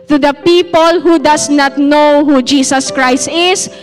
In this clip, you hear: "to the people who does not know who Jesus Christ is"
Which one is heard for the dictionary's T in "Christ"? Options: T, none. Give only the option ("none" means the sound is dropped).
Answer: T